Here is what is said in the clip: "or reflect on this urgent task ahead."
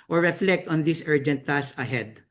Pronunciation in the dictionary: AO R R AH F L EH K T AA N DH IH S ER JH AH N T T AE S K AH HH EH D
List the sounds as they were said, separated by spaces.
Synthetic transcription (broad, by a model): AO R R AH F L EH K T AA N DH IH S ER JH AH N T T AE S AH HH EH D